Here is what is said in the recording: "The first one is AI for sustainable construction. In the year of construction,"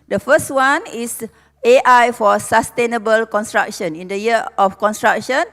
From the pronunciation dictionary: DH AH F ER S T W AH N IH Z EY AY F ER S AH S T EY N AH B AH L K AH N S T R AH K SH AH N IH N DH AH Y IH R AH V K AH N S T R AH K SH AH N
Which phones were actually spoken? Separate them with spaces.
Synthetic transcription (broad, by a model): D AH F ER S T W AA N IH S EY AY F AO S AH S T EY N AH B AH L K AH N S T R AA K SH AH N IH N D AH Y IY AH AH F K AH N S T R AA K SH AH N